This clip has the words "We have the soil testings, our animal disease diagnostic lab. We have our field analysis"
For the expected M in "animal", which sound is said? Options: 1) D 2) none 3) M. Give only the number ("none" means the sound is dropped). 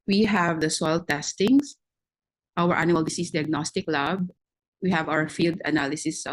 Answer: 2